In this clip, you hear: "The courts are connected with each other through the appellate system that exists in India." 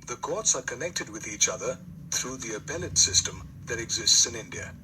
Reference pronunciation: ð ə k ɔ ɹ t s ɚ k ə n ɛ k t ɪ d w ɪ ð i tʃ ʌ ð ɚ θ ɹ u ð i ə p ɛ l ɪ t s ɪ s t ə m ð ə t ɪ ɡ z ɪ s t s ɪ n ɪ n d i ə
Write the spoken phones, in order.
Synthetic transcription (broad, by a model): ð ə k ɔ ɹ t s ɚ k ə n ɛ k t ɪ d w ɪ ð i tʃ ʌ ð ɚ θ ɹ u ð i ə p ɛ l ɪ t s ɪ s t ə m ð ə t ɪ ɡ z ɪ s t s ɪ n ɪ n d i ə